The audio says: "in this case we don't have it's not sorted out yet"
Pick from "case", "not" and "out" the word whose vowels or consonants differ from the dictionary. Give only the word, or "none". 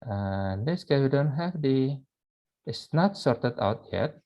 case